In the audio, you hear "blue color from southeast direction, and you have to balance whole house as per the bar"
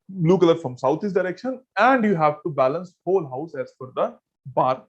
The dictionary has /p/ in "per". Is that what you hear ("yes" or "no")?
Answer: no